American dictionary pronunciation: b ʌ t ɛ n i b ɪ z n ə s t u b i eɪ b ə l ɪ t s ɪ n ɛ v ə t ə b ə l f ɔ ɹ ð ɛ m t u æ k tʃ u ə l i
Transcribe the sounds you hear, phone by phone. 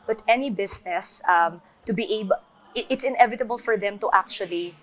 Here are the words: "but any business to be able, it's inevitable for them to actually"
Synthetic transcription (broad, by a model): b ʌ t ɛ n i b ɪ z n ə s t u b i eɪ ə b ɪ t s ɪ n ɛ v ə t ə b ə l f ɔ ɹ ð ɛ m t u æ k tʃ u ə l i